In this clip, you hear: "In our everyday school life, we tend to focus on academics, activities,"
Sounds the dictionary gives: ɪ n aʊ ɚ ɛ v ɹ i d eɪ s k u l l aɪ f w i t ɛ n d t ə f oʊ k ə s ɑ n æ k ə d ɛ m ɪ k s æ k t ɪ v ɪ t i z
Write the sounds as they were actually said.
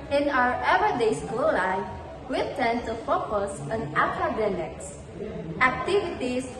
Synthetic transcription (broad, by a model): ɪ n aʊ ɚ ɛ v i d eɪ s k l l aɪ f w i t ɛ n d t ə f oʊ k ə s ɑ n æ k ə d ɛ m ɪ k s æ k t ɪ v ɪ t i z